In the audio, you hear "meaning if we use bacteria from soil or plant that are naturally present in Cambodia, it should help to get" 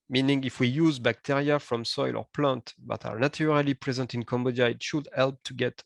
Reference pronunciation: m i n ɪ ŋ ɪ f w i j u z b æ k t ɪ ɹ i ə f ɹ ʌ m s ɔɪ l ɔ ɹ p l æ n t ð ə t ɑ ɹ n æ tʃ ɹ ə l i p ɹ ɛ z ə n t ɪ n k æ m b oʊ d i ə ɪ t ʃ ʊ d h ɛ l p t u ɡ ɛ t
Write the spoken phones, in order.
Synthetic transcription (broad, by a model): m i n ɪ ŋ ɪ f w i j u z b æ k t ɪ ɹ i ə f ɹ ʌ m s ɔɪ l ɔ ɹ p l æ n t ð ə t ɑ ɹ n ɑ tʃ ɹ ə l i p ɹ ɛ z ə n t ɪ n k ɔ m b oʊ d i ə ɪ t ʃ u d h ɛ l p t u ɡ ɛ t